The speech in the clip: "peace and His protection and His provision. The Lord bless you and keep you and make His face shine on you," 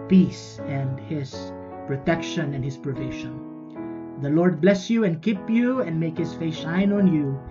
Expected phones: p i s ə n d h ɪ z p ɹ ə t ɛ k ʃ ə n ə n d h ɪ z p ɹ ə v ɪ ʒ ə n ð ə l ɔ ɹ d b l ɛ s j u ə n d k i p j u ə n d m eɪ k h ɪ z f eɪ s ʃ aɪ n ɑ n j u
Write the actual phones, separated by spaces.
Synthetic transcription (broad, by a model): p i s ə n d h ɪ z p ɹ ə t ɛ k ʃ ə n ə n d h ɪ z p ɹ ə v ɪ ʃ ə n ð ə l ɔ ɹ d b l ɛ s j u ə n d k i p j u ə n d m eɪ k h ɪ s f eɪ s ʃ aɪ n ɑ n j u